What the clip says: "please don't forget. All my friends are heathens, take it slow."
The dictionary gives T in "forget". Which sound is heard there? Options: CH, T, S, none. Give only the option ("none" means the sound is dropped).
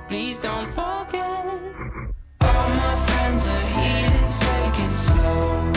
none